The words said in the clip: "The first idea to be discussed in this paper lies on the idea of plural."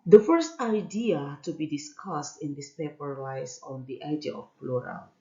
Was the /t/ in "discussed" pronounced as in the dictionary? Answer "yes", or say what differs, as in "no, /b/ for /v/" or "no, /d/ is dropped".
yes